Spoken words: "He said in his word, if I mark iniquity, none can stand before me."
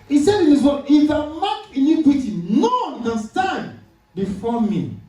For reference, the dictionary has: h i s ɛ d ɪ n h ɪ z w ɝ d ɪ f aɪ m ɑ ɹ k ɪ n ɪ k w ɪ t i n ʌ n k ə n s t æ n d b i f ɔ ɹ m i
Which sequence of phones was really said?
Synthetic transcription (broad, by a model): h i s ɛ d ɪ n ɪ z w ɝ ɪ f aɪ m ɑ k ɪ n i k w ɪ t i n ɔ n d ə s t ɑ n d b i f ɔ m i